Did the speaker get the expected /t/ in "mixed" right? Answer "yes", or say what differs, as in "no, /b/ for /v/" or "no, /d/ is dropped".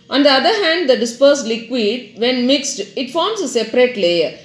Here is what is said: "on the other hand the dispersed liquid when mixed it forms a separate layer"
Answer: yes